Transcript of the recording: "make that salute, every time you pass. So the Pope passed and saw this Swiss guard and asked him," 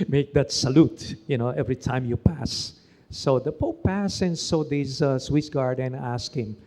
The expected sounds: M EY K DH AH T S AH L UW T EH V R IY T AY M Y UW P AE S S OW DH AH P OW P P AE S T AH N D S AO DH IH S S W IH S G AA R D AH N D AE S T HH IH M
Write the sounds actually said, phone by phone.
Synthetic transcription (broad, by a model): M EY K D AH T S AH L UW T EH V R IY T AY M Y UW P AE S S OW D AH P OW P P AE S AH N S AO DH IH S S W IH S G AA R D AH N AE S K HH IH M